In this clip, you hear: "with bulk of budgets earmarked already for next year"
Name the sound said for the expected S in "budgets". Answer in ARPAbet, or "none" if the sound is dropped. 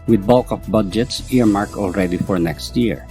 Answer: S